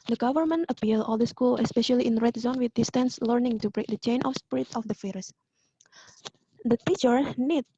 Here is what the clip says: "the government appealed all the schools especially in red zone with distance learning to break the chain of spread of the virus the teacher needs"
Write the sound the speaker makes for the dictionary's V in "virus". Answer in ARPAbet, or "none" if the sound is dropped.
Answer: F